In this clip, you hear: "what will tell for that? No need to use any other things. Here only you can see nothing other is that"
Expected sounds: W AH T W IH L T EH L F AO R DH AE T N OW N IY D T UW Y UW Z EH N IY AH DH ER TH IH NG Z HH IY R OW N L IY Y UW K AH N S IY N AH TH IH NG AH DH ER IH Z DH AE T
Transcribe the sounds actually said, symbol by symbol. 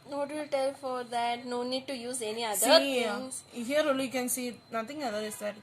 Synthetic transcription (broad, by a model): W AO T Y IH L T EH L F AO R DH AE T N OW N IY D T UW Y UW Z EH N IY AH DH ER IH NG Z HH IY R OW L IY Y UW K AH N S IY N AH T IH NG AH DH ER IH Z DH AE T